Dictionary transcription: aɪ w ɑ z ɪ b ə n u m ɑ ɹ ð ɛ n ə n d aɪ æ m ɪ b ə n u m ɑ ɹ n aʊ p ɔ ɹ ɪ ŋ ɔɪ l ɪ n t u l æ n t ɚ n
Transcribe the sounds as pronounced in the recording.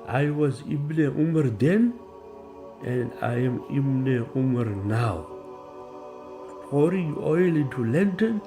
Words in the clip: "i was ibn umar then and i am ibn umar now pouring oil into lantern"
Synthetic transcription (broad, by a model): aɪ w ɑ z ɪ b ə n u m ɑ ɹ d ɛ n ə n d aɪ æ m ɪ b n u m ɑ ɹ n aʊ f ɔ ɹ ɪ ɔɪ l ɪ t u l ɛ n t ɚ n